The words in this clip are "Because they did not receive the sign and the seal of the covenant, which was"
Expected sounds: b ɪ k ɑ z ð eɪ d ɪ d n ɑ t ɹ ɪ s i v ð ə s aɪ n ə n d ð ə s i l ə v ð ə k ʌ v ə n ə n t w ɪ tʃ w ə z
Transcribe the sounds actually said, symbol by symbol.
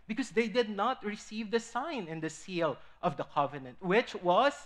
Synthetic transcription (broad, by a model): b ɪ k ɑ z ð eɪ d ɪ d n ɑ t ɹ ɪ s i v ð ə s aɪ n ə n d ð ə s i l ə v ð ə k ʌ v ə n ə n t w ɪ tʃ w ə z